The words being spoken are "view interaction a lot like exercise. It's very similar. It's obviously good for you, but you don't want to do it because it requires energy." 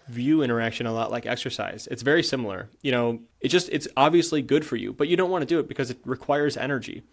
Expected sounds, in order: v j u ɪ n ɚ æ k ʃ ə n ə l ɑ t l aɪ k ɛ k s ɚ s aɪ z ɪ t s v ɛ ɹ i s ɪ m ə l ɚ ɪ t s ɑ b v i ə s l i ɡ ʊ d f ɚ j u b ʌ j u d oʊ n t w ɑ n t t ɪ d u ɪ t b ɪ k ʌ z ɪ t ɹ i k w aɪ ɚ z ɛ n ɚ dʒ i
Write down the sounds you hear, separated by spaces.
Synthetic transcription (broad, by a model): v j u ɪ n ɚ æ k ʃ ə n ə l ɑ t l aɪ k ɛ k s ɚ s aɪ z ɪ t s v ɛ ɹ i s ɪ m l ɚ ɪ t s ɑ b v i ə s l i ɡ ʊ d f ɚ j u b ʌ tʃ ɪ d oʊ n t w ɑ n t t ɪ d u ɪ t b ɪ k ʌ z ɪ t ɹ i k w aɪ ɚ z ɛ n ɚ dʒ i